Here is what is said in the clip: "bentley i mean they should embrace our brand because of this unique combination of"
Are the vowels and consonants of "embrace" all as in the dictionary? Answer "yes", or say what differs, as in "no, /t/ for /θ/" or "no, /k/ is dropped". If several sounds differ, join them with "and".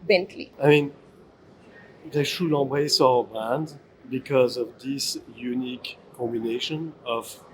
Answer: no, /m/ is dropped